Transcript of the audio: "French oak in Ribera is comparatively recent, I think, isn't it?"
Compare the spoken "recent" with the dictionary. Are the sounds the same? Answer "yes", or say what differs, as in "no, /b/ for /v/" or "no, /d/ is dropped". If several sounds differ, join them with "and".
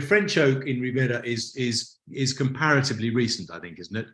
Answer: yes